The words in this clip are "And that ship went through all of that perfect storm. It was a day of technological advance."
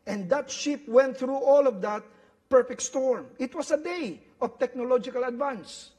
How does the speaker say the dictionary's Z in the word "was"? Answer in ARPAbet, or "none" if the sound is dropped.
S